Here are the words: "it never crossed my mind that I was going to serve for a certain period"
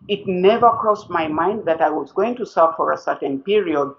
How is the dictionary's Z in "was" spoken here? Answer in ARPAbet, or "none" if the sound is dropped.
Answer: Z